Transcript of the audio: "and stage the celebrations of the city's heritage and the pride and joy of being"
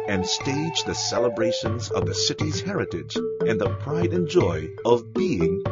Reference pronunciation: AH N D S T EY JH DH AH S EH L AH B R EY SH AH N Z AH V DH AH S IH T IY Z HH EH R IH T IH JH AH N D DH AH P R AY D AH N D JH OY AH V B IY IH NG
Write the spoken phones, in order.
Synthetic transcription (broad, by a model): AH N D S T EY JH DH AH S EH L AH B R EY SH AH N Z AH V DH AH S IH T IY Z HH EH R IH T IH JH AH N DH AH P R AY D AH N JH OY AH V B IY IH NG